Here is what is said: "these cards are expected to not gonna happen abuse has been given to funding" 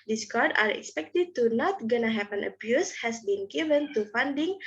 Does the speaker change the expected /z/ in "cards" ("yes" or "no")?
yes